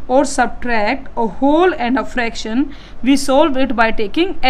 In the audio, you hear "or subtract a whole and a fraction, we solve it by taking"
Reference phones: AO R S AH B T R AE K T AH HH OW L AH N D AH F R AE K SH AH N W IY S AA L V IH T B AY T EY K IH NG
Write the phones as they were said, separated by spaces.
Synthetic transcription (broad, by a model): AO R S AH B T R AE K T AH HH OW L AH N D AH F R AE K SH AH N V IY S AA L V IH T B AY T EY K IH NG